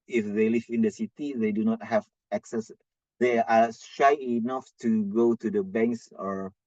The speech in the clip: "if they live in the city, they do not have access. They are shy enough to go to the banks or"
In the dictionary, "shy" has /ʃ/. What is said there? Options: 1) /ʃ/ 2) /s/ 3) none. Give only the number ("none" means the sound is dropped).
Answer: 1